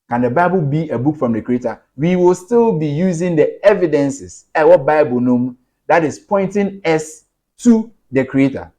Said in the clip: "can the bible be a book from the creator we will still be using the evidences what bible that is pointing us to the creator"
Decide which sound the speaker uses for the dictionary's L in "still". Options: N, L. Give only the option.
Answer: L